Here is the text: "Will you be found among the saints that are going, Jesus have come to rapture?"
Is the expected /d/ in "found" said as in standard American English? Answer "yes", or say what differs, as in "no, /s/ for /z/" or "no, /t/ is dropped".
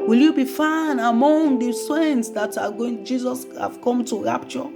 no, /d/ is dropped